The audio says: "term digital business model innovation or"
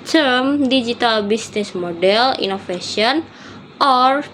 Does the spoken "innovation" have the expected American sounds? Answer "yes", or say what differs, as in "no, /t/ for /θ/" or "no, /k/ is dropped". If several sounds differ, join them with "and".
no, /f/ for /v/